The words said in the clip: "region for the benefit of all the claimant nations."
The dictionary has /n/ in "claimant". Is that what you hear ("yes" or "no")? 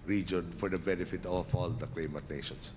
no